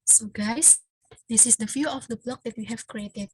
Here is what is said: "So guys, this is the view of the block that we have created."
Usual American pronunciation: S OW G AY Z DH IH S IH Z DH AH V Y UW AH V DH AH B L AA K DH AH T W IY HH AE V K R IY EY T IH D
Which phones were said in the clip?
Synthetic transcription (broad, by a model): S OW G AY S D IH S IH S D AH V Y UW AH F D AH B L AA K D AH T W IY HH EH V K R IY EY T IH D